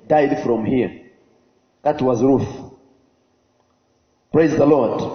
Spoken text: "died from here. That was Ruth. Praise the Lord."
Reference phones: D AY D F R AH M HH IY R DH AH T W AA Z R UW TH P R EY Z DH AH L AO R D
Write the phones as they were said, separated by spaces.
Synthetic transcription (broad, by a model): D AY D F R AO M HH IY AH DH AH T W AA Z R UW TH P R EY Z DH AH L AO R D